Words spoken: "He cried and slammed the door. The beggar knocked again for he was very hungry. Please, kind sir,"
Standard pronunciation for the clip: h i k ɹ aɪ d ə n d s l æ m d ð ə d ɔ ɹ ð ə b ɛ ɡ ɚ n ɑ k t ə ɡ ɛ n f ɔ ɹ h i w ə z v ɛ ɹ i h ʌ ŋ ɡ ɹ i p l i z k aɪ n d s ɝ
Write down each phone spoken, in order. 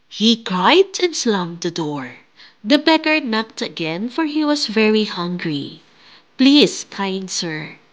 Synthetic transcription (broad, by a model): h i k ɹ aɪ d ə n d s l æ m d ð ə d ɔ ɹ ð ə b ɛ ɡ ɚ n ɑ k t ə ɡ ɛ n f ɔ ɹ h i w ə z v ɛ ɹ i h ʌ ŋ ɡ ɹ i p l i s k aɪ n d s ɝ